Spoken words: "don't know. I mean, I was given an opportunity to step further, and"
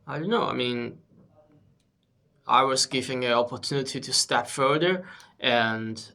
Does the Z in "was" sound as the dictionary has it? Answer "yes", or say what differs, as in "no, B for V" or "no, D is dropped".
yes